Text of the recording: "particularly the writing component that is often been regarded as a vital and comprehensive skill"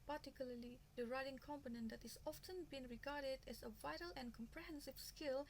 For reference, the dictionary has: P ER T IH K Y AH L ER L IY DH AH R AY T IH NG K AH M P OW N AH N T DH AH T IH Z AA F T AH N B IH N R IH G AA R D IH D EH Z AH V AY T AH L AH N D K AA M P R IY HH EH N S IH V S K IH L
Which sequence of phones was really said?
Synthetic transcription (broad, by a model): P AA T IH K Y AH L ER L IY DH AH R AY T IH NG K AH M P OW N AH N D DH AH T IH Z AA F T AH N B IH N R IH G AA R D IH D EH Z AH V AY T AH L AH N K AA M P R IY HH EH N S IH V S K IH L